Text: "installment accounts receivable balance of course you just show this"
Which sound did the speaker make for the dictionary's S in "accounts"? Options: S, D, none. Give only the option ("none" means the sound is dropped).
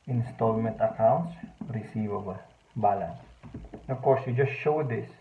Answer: S